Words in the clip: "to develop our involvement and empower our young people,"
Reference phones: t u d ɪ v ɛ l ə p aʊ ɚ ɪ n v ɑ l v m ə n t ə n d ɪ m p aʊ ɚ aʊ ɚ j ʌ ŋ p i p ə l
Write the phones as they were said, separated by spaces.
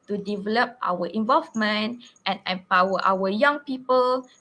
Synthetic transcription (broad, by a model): t u d ɪ v ɛ l ə p aʊ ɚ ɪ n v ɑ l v m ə n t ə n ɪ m p aʊ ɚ aʊ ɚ j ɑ ŋ p i p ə l